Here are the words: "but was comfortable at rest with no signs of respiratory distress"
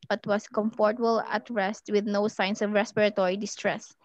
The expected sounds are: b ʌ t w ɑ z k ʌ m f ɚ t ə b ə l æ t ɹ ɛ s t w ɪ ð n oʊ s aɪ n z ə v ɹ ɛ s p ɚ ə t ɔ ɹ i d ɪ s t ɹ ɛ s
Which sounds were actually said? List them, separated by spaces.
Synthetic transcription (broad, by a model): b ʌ t w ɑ s k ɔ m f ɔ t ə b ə l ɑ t ɹ ɛ s t w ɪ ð n oʊ s aɪ n s ə v ɹ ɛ s p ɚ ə t ɔ ɹ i d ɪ s t ɹ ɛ s